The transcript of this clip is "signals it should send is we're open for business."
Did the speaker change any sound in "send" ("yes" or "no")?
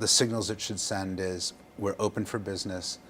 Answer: no